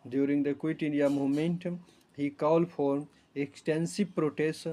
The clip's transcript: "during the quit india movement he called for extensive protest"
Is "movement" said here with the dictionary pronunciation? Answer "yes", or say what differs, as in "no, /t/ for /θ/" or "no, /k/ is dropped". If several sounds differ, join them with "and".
no, /v/ is dropped